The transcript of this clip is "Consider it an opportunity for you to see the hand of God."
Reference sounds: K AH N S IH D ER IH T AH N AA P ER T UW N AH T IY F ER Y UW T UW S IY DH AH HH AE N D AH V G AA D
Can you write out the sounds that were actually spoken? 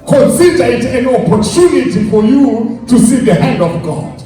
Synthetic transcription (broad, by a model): K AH N S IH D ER IH T AH N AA P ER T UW N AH T IY F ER Y UW T UW S IY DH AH HH AE N D AH V G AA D